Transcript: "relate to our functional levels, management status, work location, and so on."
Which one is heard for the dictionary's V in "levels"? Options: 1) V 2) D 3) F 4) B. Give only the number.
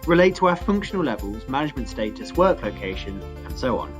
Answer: 1